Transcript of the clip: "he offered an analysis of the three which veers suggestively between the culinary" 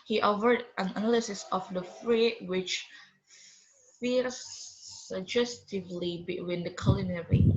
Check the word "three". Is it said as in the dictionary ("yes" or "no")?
no